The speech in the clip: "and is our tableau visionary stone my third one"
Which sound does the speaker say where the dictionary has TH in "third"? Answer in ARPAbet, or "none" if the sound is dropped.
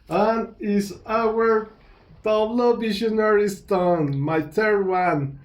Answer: T